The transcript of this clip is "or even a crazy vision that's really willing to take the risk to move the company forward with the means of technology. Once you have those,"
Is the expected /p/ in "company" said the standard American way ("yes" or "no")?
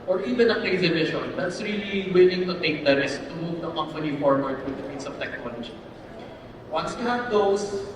no